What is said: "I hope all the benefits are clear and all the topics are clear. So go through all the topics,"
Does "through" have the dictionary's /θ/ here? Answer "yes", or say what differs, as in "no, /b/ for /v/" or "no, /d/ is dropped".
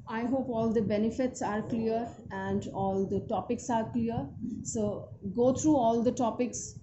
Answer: no, /t/ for /θ/